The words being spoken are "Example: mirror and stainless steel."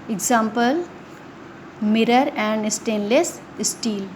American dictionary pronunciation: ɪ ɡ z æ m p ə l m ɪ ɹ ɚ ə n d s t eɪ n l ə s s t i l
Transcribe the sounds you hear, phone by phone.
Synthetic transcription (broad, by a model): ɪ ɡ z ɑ m p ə l m ɪ ɹ ɚ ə n d s t eɪ n l ə s s t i l